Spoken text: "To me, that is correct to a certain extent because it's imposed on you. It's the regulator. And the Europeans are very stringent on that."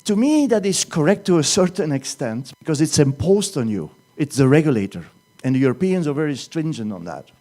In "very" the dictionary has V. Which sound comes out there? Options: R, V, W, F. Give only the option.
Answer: V